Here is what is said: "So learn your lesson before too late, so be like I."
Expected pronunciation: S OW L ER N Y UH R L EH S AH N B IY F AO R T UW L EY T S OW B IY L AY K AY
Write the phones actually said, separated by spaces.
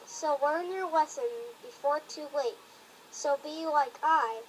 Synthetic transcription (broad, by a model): S OW W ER N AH R W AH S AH N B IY F AO R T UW W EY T S OW B IY L AY K AY